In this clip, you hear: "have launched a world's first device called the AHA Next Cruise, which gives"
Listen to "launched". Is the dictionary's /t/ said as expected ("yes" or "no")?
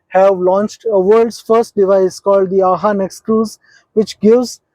yes